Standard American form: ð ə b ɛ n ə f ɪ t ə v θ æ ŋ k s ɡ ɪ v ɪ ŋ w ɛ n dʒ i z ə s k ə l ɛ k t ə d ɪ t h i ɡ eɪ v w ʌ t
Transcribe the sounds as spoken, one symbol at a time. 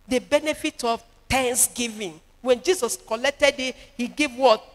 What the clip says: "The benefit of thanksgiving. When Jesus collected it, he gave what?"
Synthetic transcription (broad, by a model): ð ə b ɛ n ə f ɪ t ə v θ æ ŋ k s ɡ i v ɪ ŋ w ɛ n dʒ i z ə s k ə l ɛ k t ə d ɪ t h i ɡ eɪ v w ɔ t